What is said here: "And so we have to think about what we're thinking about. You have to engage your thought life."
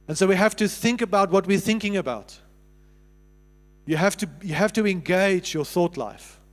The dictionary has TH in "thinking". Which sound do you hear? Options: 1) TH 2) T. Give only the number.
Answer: 1